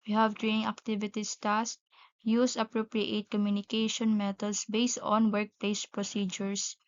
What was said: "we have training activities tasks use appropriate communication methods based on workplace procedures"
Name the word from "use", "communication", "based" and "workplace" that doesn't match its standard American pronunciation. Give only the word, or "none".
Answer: none